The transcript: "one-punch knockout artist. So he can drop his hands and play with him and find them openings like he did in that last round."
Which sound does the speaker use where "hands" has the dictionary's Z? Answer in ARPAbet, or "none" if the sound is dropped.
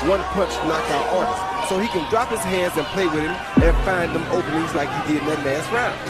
Z